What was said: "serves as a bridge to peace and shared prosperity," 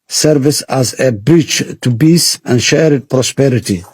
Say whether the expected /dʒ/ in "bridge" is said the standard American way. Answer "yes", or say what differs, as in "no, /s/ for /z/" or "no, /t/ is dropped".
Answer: no, /tʃ/ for /dʒ/